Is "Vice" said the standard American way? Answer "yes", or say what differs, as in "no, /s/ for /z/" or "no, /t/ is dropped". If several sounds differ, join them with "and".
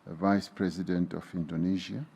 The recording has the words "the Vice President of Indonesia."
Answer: yes